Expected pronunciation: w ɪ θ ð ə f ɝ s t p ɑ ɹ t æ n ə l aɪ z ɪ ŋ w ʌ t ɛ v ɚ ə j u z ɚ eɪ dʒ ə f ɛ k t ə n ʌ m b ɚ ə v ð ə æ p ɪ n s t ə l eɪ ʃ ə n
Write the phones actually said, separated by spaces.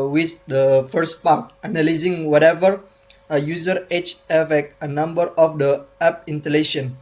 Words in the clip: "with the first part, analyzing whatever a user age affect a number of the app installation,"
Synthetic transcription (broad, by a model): w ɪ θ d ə f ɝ s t p ɑ ɹ t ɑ n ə l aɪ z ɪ ŋ w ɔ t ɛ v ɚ ə j u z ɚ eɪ tʃ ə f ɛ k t ə n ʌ m b ɚ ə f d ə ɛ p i n t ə l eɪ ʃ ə n